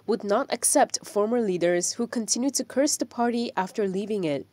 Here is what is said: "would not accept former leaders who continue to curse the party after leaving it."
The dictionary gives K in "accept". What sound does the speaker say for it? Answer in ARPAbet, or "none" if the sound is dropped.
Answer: K